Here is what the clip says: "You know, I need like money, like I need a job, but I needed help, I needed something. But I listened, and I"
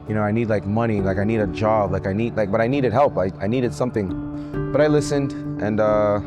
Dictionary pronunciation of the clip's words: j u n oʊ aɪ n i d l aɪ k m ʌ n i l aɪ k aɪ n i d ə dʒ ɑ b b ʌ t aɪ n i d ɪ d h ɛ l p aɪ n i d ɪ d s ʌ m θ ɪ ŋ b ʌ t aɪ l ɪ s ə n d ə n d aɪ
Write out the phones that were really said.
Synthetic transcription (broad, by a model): j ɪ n oʊ aɪ n i d l aɪ k m ʌ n i l aɪ k aɪ n i d ə dʒ ɑ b b ʌ t aɪ n i d ɪ d h ɛ l p aɪ n i d ɪ d s ʌ m θ ɪ ŋ b ʌ t aɪ l ɪ s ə n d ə n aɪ